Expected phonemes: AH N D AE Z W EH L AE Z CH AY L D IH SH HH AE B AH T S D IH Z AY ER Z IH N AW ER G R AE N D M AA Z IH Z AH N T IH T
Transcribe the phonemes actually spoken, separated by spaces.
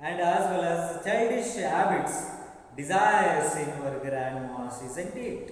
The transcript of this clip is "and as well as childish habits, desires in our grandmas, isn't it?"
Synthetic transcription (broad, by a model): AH N D AE Z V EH L AE Z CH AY D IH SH HH AE B AH T S D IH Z AY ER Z IH N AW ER G R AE N D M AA S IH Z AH N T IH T